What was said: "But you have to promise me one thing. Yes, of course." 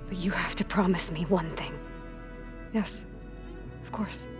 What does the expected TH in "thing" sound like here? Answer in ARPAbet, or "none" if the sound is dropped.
TH